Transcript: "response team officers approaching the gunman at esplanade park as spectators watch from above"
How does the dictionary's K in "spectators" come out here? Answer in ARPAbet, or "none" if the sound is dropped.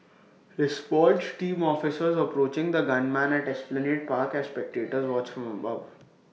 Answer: K